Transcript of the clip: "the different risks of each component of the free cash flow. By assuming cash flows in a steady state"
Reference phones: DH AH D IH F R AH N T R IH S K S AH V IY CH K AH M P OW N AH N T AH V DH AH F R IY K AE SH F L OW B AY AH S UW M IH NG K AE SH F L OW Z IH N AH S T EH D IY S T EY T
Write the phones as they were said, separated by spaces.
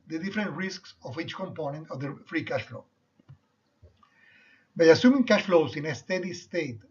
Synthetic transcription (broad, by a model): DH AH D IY F R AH N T R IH S K S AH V IY CH K AH M P OW N AH N T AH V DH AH F R IY K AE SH F L OW B AY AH S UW M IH NG K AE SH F L OW S IH N AH S T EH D IY S T EY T